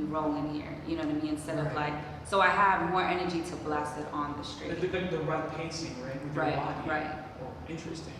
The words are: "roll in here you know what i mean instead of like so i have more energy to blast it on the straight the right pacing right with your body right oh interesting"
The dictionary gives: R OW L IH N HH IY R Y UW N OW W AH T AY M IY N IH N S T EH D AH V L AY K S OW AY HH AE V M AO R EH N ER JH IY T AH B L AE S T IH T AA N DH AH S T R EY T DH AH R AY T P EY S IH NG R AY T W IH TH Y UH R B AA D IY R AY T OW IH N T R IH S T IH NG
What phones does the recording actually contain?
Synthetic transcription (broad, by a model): R OW L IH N HH IY R Y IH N OW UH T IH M IY IH N S T EH D AH V L AY K S OW AY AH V M AO R EH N ER JH IY T AH B L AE S IH T N DH AH S T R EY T DH AH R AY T P EY S IH NG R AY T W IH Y R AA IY R AY T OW IH N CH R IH S T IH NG